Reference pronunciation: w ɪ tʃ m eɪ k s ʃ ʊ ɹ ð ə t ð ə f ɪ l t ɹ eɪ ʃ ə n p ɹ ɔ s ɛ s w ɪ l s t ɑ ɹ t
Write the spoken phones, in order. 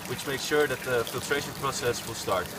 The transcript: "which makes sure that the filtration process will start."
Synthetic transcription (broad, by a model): w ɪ tʃ m eɪ k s ʃ ʊ ɹ ð ə t ð ə f ɪ l t ɹ eɪ ʃ ə n p ɹ ɔ s ɛ s w ɪ l s t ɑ ɹ t